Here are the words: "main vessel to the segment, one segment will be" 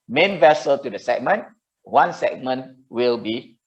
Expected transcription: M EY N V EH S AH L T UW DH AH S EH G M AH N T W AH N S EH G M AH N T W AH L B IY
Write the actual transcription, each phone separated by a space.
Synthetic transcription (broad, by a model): M EY N V EH S AH L T UW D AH S EH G M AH N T W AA N S EH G M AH N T W AH L B IY